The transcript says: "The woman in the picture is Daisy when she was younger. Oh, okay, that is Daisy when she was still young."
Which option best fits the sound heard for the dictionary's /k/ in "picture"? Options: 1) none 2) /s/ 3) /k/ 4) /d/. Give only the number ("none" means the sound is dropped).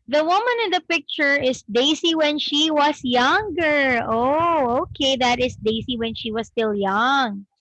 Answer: 3